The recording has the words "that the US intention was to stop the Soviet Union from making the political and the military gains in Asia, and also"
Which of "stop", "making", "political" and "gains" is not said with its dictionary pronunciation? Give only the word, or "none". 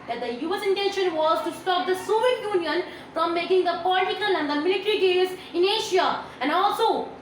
gains